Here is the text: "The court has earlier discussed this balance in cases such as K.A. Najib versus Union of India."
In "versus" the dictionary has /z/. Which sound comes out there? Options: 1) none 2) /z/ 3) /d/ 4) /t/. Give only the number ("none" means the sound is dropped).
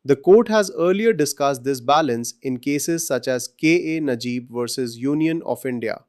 2